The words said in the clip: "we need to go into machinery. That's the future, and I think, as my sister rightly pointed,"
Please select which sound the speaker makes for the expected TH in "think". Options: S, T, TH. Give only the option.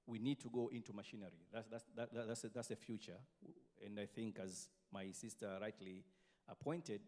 TH